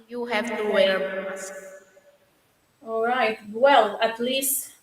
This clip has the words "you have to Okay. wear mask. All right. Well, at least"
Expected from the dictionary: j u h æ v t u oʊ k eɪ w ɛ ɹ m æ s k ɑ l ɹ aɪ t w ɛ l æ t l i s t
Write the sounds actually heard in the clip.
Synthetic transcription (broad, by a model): j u h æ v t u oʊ eɪ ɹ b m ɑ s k ɑ l ɹ aɪ t w ɛ l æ t l i s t